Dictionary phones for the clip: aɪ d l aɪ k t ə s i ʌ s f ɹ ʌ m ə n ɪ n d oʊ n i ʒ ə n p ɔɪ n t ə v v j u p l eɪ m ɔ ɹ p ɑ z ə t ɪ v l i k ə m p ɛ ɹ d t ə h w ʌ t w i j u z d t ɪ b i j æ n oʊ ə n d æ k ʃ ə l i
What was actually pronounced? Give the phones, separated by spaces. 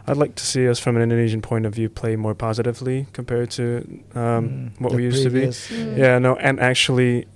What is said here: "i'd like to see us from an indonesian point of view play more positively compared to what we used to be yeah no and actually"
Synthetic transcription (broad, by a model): aɪ d l aɪ k t ə s i ʌ s f ɹ ʌ m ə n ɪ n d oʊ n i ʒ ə n p ɔɪ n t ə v v j u p l eɪ m ɔ ɹ p ɑ z ə t ɪ v l i k ə m p ɛ ɹ d t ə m w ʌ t w i j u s t ɪ b i j æ n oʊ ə n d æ k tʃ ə l i